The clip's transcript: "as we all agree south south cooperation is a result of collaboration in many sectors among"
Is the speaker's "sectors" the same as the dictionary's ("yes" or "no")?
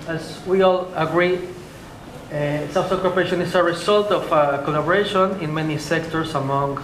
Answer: no